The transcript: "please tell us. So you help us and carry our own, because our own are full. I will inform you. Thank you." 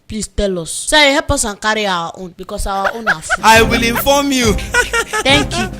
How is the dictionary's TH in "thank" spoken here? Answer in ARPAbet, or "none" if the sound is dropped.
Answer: T